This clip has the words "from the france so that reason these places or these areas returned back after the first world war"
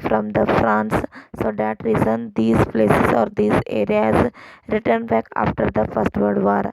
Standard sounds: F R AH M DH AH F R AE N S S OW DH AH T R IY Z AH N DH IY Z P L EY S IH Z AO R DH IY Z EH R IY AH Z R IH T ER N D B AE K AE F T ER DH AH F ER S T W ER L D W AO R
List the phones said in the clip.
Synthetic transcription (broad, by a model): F R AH M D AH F R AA N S S OW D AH T R IY Z AH N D IY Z P L EY S IH Z AO R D IY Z EH R IY AH Z R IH T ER N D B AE K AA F T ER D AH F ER S T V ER D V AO R